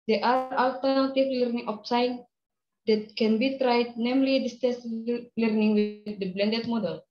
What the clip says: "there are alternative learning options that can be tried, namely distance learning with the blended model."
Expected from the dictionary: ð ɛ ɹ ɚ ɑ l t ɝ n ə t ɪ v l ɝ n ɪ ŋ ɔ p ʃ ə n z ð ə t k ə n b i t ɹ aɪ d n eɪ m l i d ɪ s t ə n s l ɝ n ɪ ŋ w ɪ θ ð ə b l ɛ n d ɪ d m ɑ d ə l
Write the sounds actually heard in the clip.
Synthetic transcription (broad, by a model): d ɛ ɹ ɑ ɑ l t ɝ n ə t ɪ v l ɝ n ɪ ŋ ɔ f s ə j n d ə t k ə n b i t ɹ aɪ d n eɪ m l i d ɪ s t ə s l ɝ n ɪ ŋ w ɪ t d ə b l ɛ n d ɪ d m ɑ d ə l